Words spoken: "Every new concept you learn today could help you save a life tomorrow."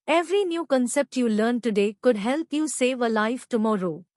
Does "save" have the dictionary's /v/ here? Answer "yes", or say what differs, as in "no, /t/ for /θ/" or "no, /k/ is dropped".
yes